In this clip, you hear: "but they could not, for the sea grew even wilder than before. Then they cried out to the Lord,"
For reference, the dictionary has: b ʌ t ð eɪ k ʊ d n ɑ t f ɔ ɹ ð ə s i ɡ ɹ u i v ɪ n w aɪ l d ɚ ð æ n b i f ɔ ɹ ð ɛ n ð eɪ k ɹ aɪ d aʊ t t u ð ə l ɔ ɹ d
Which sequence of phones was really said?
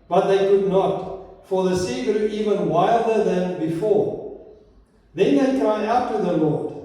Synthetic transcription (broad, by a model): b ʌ t ð eɪ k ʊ d n ɑ t f ɔ ɹ ð ə s i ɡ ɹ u i v ɪ n w aɪ l d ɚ ð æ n b i f ɔ ɹ ð ɛ n ð eɪ k ɹ aɪ aʊ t t u ð ə l ɔ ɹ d